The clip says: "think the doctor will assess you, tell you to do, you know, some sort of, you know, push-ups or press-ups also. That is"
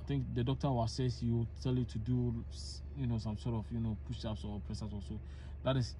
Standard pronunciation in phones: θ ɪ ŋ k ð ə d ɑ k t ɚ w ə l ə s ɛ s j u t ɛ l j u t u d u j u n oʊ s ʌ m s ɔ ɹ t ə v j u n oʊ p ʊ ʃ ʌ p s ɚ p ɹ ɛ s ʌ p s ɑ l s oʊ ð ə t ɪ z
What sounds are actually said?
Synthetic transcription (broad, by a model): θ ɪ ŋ k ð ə d ɑ k t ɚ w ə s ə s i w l t ɛ l j u t u d u j u n oʊ s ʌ m s ɔ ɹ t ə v j u n oʊ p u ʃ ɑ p s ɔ p ɹ ɛ s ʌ s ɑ s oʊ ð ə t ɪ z